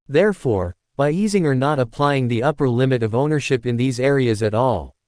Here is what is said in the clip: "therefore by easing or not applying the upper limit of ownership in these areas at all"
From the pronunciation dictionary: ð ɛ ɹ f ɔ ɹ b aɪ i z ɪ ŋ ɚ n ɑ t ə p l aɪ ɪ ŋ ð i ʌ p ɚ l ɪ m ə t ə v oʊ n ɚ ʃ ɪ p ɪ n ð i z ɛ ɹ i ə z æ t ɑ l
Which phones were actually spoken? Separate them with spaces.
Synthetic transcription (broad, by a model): ð ɛ ɹ f ɔ ɹ b aɪ i z ɪ ŋ ɚ n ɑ t ə p l aɪ ɪ ŋ ð i ʌ p ɚ l ɪ m ə t ə v oʊ n ɚ ʃ ɪ p ɪ n ð i z ɛ ɹ i ə z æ t ɑ l